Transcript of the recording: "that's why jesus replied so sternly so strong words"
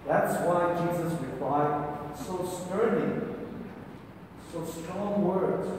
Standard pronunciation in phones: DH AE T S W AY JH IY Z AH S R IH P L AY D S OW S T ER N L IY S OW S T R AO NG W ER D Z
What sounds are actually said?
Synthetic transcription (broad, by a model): DH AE T S W AY JH IY Z AH S R IH P L AY D S OW S T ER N IY S OW S T R AO NG W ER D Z